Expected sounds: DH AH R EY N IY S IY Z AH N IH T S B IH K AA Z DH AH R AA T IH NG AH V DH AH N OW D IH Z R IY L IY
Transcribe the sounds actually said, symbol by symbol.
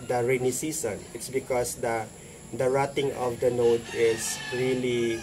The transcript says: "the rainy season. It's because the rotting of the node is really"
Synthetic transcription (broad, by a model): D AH R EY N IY S IY S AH N IH T S B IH K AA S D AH R AA T IH NG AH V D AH N OW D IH S R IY L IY